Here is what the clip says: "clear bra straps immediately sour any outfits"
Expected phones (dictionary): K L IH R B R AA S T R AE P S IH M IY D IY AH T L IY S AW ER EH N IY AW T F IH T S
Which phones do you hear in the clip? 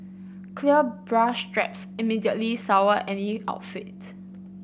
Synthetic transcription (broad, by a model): K L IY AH B R AA SH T R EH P S IH M IY D IY AH T L IY S AW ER EH N IY AW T F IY T